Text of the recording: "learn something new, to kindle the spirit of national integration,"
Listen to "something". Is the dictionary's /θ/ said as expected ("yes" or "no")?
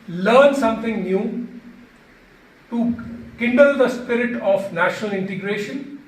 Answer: no